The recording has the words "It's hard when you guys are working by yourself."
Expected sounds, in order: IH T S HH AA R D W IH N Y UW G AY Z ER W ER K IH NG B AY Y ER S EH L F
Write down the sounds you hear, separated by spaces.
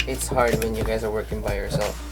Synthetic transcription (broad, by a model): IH T S HH AA R D W IH N Y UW G AY Z ER W ER K IH NG B AY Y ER S EH L F